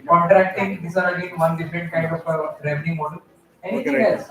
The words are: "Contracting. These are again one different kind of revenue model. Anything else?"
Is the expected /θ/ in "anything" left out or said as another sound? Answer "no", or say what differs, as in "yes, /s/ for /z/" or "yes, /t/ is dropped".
yes, /t/ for /θ/